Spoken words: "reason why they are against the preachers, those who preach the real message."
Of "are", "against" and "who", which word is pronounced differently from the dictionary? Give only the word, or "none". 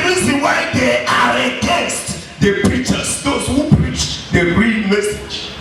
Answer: against